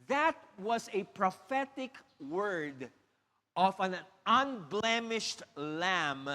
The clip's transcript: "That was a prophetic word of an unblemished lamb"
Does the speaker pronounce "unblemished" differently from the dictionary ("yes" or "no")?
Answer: no